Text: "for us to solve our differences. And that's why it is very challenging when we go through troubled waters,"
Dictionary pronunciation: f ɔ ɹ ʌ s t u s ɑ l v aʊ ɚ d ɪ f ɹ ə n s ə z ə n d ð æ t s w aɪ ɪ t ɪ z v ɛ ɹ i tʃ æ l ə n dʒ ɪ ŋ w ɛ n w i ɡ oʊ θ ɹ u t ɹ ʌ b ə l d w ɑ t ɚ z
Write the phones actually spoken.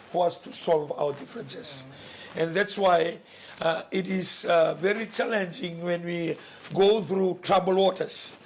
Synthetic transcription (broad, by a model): f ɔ ɹ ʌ s t u s ɑ l v aʊ ɚ d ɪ f ɹ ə n s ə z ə n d ð æ t s w aɪ ɪ t ɪ z v ɛ ɹ i tʃ æ l ə n dʒ ɪ ŋ w ɛ n w i ɡ oʊ θ ɹ u t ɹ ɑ b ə l w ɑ t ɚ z